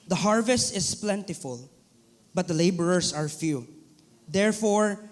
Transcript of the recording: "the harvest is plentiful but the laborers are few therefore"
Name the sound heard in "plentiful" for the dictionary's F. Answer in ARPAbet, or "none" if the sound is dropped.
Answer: F